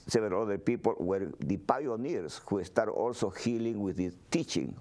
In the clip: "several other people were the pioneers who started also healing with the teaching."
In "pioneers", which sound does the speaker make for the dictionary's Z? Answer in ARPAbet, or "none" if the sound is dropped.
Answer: S